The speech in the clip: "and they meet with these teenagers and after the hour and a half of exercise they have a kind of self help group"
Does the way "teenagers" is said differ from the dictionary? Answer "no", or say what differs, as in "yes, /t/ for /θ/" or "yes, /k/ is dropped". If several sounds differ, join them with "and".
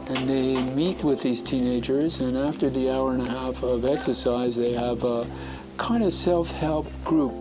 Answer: no